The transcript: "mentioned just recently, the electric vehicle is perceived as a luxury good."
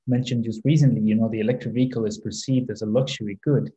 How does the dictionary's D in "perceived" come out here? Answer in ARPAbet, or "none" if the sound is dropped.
D